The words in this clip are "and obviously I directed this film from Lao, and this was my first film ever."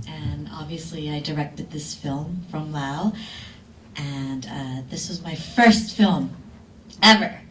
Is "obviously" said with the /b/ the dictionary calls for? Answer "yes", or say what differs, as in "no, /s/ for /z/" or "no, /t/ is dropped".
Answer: yes